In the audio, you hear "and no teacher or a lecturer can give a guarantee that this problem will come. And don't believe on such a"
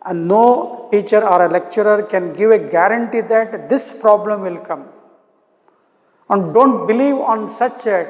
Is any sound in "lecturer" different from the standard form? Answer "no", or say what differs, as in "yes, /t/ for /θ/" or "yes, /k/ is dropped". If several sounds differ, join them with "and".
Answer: no